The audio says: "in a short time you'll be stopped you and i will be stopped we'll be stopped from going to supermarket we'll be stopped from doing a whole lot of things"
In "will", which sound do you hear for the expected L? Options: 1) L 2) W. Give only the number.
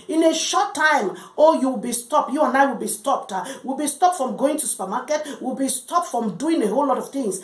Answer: 1